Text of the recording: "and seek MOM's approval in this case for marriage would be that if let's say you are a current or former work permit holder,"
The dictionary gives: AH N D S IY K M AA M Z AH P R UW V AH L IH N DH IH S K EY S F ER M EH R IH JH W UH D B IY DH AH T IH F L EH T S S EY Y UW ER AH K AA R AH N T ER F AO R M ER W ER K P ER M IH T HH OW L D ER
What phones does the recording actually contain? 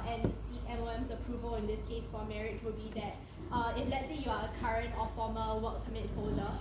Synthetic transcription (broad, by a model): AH N S IY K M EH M S AH P R UW V AH L IH N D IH S K EY S F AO M EH R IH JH W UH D B IY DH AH T IH F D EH T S S EY Y UW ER AH K AA R AH N T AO F AO M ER W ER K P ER M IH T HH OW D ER